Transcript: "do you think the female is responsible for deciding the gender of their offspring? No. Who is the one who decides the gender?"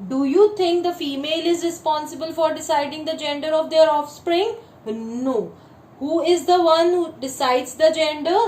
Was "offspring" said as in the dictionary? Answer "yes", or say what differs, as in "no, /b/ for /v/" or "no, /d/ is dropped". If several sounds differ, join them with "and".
yes